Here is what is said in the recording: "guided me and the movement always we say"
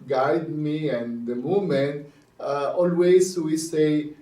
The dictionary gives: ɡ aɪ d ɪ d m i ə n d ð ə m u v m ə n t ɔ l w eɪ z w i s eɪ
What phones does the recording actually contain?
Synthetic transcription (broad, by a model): ɡ aɪ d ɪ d m i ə n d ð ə m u m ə n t ɔ l w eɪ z w i s eɪ